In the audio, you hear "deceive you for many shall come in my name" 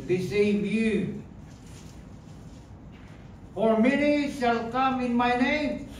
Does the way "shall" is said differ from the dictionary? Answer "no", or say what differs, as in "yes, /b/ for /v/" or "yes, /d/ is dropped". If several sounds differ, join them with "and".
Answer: yes, /s/ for /ʃ/